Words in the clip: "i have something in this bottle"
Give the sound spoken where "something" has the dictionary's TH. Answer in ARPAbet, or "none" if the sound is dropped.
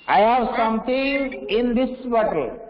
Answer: T